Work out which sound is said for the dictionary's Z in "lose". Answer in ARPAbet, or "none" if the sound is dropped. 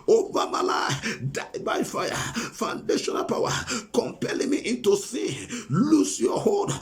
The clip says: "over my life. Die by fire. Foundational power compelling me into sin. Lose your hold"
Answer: S